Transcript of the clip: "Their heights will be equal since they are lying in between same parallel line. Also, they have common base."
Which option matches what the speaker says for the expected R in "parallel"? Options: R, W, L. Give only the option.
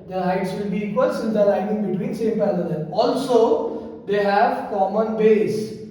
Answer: L